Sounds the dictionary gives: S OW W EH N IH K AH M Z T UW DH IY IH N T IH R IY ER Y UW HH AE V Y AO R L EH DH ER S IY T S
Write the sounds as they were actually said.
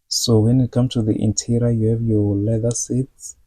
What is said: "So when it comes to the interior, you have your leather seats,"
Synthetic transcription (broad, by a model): S OW W EH N IH K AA M T UW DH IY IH N T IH R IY Y UW HH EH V Y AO L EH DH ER S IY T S